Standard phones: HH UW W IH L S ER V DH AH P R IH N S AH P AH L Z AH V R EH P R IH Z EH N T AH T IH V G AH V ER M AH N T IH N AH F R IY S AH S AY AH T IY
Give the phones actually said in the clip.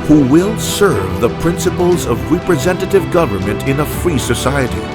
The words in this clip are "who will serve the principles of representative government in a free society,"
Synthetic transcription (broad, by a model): HH UW W IH L S ER V DH AH P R IH N S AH P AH L Z AH V R EH P R IH Z EH N T AH T IH V G AH V ER M AH N T IH N AH F R IY S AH S AY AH T IY